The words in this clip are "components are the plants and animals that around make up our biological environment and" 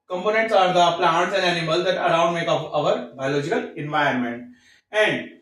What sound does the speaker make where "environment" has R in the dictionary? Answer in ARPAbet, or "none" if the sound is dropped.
none